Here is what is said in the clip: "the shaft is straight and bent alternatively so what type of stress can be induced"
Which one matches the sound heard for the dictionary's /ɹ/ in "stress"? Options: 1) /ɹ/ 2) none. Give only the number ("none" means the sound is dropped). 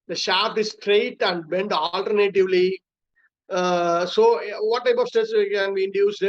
2